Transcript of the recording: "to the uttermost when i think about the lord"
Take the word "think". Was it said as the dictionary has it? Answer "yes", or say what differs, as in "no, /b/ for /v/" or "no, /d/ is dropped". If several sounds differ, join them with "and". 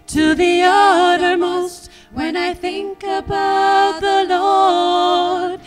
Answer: yes